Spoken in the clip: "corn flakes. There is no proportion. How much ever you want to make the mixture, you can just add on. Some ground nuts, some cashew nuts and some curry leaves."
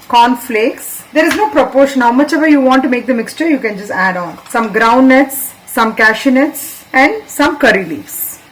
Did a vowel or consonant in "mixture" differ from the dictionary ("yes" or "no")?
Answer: no